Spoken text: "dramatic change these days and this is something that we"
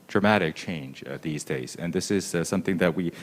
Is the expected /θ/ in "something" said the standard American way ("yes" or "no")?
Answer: yes